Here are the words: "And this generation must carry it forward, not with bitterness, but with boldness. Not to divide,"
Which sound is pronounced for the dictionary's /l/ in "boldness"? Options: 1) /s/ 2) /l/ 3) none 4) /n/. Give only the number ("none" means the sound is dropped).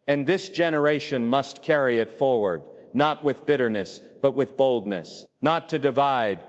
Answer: 2